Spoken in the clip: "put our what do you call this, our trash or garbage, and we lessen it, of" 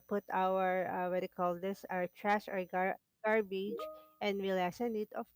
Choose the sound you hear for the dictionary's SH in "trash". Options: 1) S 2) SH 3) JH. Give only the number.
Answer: 1